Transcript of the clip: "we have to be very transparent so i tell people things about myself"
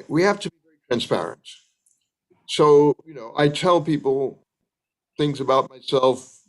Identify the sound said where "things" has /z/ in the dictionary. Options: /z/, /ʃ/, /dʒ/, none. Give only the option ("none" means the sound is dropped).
/z/